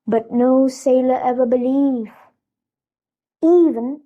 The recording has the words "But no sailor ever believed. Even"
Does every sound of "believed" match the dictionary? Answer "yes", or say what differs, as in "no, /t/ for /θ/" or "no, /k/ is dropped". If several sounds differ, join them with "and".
no, /d/ is dropped